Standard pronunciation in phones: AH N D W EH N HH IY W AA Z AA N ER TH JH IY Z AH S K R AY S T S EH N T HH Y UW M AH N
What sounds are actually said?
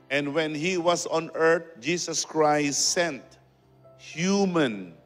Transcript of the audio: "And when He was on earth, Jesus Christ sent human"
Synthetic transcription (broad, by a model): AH N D W EH N HH IY W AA S AA N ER T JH IY S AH S K R AY S T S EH N T HH Y UW M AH N